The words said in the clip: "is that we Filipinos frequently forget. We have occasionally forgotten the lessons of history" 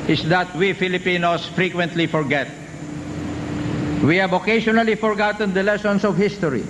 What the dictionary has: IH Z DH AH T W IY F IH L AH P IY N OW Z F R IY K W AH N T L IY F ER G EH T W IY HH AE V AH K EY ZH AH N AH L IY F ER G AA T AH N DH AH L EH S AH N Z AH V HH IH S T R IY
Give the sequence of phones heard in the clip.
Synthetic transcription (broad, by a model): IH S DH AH T W IY F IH L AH P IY N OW S F R IY K W AH N T L IY F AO G EH T W IY HH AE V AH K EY SH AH N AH L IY F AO G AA T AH N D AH L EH S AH N S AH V HH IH S T R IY